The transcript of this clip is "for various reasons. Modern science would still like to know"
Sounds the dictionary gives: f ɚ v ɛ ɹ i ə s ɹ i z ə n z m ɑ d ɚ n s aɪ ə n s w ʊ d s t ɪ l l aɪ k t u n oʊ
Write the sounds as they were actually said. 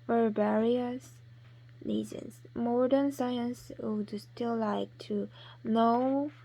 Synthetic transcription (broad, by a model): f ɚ b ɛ ɹ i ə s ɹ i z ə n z m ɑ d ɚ n s aɪ ə n s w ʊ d s t ɪ l l aɪ k t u n oʊ